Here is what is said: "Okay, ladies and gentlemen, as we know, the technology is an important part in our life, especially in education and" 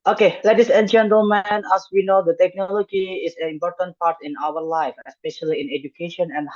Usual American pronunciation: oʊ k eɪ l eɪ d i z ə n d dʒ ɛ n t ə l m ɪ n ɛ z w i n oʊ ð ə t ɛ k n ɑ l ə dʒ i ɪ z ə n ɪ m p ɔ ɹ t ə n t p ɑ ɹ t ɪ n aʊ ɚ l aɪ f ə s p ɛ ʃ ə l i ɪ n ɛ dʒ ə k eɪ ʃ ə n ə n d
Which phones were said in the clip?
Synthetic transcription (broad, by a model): oʊ k eɪ l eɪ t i s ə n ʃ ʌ n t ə m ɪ n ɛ s w i n oʊ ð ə t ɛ k n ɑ l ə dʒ i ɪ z ə n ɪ m p ɔ ɹ t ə n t p ɑ ɹ t ɪ n aʊ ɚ l aɪ f ə s p ɛ ʃ ə l i ɪ n ɛ dʒ ə k eɪ ʃ ə n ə n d